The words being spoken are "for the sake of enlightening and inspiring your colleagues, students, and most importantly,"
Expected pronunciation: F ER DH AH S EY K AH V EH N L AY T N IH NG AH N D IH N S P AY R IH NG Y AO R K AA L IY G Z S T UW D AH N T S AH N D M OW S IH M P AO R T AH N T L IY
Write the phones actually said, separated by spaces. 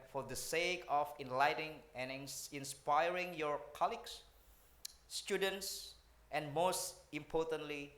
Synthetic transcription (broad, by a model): F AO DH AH S EY K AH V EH N L AY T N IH NG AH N IH N S P AY R IH NG Y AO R K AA L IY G S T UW D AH N T S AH N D M OW S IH M P AO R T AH N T L IY